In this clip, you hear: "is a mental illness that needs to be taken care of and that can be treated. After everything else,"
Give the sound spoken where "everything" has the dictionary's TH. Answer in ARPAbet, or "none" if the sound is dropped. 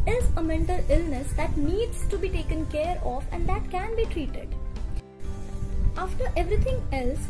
T